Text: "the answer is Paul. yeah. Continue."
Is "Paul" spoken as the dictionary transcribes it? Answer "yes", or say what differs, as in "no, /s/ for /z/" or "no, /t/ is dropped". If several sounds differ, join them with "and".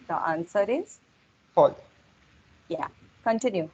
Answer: no, /f/ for /p/